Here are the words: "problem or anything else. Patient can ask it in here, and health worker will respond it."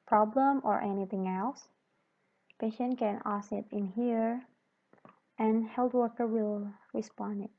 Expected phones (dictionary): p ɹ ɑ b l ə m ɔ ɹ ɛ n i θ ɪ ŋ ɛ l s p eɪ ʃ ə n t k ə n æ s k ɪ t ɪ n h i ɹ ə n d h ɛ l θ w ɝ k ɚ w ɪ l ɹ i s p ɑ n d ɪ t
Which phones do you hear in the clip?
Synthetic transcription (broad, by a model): p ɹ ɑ b l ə m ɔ ɹ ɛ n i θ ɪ ŋ ɛ l s p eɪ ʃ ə n k ə n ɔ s ɪ t ɪ n h i ɹ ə n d h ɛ l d w ɝ k ɚ w ɪ l ɹ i s p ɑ n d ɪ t